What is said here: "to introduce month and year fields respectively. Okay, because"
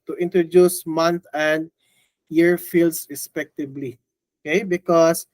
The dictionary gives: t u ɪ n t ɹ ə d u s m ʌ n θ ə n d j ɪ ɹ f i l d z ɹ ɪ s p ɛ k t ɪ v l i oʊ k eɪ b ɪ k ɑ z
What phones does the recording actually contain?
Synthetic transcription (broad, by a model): t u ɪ n t ɹ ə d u s m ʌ n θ ə n d j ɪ ɹ f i l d s ɹ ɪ s p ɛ k t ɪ b l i oʊ k eɪ b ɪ k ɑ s